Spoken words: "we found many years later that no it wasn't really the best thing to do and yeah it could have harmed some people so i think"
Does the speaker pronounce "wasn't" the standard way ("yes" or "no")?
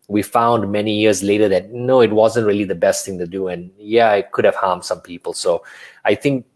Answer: yes